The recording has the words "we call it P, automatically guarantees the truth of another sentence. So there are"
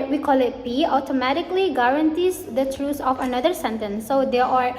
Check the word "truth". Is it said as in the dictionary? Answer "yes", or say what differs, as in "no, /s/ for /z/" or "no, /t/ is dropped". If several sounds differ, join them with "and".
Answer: no, /s/ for /θ/